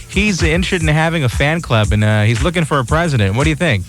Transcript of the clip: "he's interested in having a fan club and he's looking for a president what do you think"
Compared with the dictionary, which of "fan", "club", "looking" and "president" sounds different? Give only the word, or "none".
none